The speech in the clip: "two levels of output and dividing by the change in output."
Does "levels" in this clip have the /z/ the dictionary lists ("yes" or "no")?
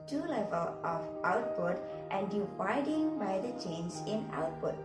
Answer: no